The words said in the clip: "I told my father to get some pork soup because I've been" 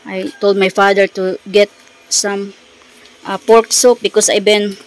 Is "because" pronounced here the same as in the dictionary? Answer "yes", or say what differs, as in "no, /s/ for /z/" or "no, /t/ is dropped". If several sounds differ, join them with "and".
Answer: no, /s/ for /z/